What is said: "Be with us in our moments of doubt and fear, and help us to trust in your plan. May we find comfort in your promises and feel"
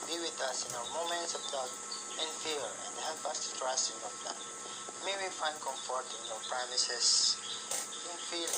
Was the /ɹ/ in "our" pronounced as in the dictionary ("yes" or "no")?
no